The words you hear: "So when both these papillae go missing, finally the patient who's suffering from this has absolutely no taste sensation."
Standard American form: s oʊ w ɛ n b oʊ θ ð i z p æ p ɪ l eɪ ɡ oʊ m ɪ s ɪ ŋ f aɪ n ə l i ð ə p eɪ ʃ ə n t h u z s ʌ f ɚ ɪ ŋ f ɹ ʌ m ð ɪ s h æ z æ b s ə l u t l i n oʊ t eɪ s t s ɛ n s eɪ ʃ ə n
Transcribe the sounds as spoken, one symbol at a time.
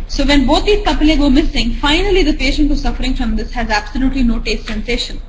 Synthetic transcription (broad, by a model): s oʊ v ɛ n b oʊ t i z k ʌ p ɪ l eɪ ɡ oʊ m ɪ s ɪ ŋ f aɪ n ə l i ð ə p eɪ ʃ ə n t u s ʌ f ɚ ɪ ŋ f ɹ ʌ m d ɪ s h æ z æ b s ə l u t l i n oʊ t eɪ s t s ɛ n s eɪ ʃ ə n